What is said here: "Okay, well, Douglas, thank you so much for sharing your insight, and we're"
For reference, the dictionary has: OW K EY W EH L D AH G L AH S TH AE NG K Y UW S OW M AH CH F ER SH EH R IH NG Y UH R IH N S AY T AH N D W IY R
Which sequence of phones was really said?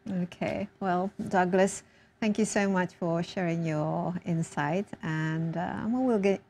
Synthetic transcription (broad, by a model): OW K EY W EH L D AH G L AH S TH AE NG K Y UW S OW M AH CH F ER SH EH R IH NG Y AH R IH N S AY T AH N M W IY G